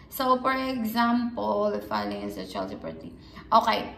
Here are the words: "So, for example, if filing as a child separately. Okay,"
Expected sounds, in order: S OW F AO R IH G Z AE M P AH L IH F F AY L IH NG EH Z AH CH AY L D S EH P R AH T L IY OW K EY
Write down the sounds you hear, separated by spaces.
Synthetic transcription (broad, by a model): S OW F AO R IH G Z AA M P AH L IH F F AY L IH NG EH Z AH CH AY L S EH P AH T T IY OW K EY